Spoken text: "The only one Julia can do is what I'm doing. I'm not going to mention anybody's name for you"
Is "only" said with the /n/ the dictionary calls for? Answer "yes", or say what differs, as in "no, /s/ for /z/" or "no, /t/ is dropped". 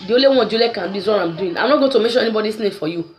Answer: no, /n/ is dropped